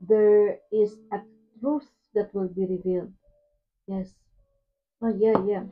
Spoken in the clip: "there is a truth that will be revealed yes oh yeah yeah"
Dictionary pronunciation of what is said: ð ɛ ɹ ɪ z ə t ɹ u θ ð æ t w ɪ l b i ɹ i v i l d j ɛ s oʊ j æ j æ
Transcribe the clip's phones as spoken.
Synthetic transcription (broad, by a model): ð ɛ ɹ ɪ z ə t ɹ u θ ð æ t w ɪ l b i ɹ i v i l d j ɛ s oʊ j æ j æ